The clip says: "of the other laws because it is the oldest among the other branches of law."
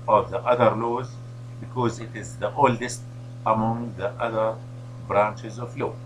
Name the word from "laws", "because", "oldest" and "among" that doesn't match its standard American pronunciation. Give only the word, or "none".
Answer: none